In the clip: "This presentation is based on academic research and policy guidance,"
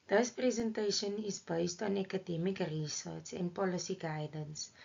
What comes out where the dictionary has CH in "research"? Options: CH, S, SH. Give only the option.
S